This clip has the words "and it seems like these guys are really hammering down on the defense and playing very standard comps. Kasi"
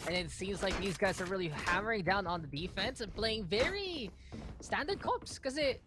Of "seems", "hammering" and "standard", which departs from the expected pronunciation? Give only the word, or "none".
none